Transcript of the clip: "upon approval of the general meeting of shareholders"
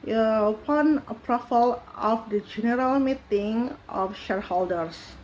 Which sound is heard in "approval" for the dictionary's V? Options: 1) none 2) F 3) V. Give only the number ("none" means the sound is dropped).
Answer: 2